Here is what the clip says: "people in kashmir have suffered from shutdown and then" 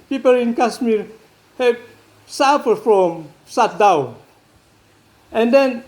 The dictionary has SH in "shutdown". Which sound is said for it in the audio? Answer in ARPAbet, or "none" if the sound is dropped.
S